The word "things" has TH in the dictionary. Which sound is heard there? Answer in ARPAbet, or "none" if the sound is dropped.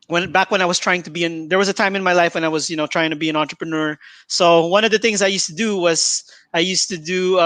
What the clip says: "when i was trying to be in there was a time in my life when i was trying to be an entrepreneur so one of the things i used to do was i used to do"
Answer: TH